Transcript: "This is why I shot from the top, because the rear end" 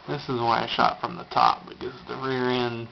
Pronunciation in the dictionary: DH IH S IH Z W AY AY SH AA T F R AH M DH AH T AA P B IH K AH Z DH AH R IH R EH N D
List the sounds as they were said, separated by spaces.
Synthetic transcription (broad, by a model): DH IH S IH Z W AY AY SH AA T F R AH M DH AH T AA P B IH K AH Z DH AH R IH R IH N